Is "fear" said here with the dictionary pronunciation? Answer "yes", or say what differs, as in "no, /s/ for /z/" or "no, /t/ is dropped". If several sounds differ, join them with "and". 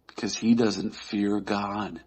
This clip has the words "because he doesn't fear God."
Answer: yes